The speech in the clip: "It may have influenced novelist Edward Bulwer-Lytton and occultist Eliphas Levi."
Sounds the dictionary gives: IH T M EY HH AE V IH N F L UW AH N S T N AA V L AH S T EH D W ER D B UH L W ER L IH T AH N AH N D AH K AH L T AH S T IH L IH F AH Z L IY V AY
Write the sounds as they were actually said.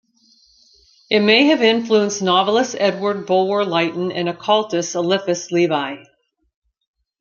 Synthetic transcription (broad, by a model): IH T M EY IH V IH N F L UW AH N S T N AA V L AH S EH D W ER D B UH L W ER L IH T N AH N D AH K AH L T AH S IH L IH F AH S L IY V AY